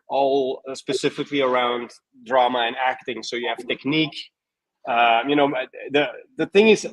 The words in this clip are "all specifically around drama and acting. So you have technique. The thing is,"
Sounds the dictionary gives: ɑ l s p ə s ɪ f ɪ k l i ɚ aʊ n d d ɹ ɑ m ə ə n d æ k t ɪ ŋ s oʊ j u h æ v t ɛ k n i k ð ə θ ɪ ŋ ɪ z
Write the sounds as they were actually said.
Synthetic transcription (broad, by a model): ɑ l s p ə s ɪ f ɪ k l i ɚ aʊ n d d ɹ ɑ m ə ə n æ k t ɪ ŋ s oʊ j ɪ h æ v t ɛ k n i k ð ə θ ɪ ŋ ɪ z